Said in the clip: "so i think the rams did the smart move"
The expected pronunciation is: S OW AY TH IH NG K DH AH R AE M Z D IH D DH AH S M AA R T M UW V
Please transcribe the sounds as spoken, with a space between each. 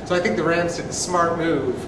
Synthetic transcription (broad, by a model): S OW AY TH IH NG K DH AH R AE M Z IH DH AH S M AA R T M UW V